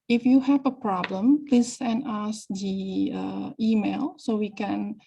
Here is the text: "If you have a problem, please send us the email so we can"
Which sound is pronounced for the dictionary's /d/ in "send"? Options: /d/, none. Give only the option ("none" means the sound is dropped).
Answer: none